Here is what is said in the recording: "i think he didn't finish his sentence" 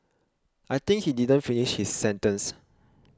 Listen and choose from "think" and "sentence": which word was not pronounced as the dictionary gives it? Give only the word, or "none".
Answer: think